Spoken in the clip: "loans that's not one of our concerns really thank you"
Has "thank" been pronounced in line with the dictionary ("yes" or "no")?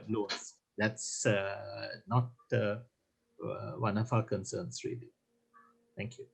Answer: no